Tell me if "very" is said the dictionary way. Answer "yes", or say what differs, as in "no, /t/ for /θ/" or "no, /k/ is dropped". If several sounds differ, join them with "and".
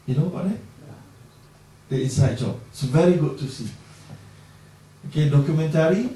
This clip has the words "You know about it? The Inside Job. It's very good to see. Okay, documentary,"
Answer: yes